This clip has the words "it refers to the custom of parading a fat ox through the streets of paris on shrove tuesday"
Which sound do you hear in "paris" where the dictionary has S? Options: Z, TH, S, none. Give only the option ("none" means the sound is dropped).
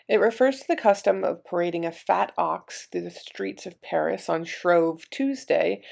S